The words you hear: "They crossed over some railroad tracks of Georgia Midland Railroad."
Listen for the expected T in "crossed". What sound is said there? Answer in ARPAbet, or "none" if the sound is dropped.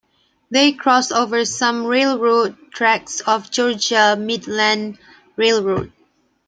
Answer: none